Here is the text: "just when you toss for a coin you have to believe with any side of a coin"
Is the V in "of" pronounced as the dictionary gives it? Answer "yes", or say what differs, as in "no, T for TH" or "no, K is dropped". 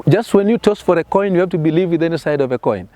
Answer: yes